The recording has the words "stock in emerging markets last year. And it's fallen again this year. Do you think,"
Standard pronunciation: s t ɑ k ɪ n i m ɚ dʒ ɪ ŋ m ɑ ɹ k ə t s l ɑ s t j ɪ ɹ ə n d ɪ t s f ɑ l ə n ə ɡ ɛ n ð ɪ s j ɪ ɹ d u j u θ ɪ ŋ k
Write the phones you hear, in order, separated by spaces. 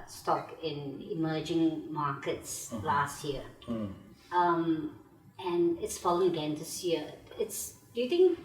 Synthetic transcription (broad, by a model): s t ɑ k ɪ n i m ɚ dʒ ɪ ŋ m ɑ k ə t s l ɑ s t j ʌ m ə n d ɪ t s f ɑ l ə ə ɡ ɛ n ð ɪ s j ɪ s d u j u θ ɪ ŋ k